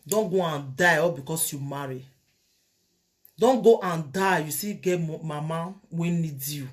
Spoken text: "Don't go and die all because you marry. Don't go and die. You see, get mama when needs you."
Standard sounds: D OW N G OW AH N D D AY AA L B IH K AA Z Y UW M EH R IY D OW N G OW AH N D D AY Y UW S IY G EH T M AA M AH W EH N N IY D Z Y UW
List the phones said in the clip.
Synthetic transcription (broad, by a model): D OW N G OW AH N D D AY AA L B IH K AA S Y UW M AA R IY D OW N G OW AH N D D AY Y UW S IY G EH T M AA M AH W EH N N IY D Y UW